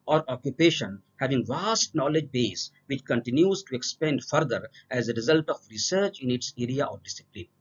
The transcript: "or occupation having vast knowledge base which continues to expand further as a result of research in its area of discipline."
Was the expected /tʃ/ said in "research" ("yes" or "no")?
yes